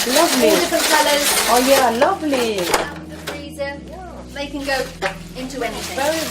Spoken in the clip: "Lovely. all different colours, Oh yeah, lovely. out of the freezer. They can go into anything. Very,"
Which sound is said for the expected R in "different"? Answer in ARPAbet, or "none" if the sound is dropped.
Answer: none